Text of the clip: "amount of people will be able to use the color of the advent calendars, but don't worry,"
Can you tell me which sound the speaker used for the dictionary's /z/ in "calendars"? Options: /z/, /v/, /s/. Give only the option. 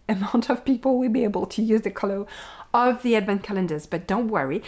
/z/